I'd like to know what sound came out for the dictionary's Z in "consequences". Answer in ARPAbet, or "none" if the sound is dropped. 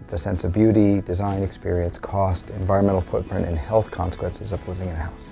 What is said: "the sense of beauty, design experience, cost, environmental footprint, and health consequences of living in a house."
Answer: Z